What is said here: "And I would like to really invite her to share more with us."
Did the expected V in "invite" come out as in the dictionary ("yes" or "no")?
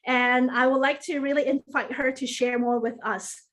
no